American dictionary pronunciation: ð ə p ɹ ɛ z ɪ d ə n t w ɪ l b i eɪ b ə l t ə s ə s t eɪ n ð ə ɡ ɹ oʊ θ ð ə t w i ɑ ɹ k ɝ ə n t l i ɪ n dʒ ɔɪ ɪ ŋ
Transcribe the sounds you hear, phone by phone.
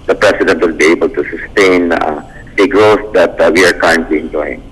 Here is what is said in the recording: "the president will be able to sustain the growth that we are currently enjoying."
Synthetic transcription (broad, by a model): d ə p ɹ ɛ s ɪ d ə n t w ɪ l b i eɪ b ə l t ə s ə s t eɪ n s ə ɡ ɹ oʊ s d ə t w i ɑ ɹ k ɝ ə n t l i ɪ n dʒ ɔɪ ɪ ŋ